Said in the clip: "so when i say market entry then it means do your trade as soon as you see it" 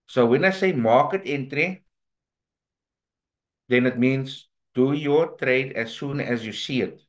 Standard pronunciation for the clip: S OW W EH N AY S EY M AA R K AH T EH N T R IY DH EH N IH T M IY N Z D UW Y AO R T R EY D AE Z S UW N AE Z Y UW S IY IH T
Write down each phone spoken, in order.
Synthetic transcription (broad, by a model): S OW W EH N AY S EY M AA K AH T EH N T R IY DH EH N IH T M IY N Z D UW Y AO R T R EY D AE S UW N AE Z Y UW S IY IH T